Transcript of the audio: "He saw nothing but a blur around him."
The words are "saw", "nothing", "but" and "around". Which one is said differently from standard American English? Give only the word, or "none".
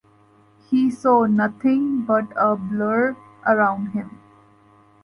nothing